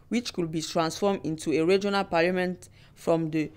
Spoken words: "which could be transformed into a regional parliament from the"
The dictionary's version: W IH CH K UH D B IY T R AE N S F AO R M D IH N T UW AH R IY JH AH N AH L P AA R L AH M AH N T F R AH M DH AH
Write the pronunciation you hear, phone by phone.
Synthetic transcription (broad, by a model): W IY CH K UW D B IY T R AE N S F AO M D IH N T UW AH R IY JH AH N AH L P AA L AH M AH N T F R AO M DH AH